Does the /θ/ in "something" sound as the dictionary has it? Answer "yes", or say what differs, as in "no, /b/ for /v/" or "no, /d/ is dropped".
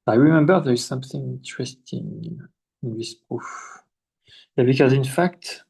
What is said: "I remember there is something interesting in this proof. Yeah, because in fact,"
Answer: yes